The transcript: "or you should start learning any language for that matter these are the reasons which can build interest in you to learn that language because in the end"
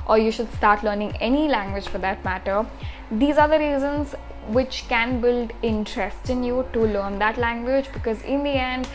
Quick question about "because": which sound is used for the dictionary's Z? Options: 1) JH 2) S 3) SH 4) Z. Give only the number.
4